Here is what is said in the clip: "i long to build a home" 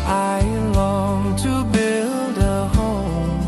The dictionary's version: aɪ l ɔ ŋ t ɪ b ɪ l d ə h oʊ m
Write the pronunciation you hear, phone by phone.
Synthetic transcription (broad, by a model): aɪ l ɔ ŋ t ɪ b ɪ l d ə h oʊ m